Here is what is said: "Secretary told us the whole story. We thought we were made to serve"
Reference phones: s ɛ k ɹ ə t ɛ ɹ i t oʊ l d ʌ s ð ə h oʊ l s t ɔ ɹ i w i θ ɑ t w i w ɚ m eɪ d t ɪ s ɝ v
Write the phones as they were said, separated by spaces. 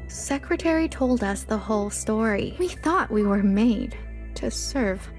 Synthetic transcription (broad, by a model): s ɛ k ɹ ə t ɛ ɹ i t oʊ l d ʌ s ð ə h oʊ l s t ɔ ɹ i w i θ ɑ t w i w ɚ m eɪ d t ɪ s ɝ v